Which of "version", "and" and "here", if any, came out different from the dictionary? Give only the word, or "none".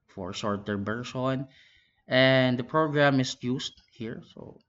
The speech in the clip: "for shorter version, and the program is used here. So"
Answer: version